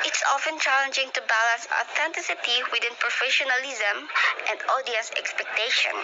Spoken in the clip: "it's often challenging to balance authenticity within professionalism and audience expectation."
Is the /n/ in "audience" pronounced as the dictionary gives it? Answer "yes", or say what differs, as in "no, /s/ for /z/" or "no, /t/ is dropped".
no, /n/ is dropped